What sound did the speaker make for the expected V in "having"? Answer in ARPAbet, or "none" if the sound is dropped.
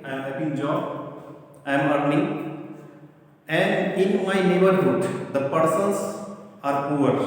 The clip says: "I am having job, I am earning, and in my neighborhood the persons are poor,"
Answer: P